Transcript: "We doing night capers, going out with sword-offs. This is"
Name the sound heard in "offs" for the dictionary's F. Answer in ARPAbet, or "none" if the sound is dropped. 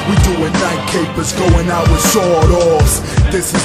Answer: none